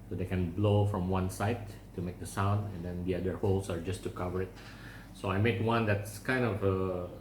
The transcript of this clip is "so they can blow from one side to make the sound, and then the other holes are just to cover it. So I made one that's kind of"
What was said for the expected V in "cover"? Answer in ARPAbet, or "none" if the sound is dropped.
V